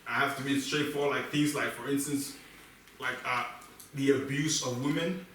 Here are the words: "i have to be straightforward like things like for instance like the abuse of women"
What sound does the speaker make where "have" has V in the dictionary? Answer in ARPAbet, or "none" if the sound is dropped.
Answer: F